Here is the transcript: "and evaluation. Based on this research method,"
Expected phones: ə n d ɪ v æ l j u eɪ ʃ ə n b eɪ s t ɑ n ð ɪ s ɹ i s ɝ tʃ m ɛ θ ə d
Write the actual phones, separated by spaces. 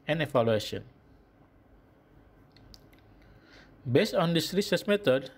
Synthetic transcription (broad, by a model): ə n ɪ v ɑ l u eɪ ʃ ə n b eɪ s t ɑ n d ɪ s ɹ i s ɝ s m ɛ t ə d